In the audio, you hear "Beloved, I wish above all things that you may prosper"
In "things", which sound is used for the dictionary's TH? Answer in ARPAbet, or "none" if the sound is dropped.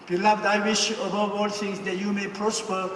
T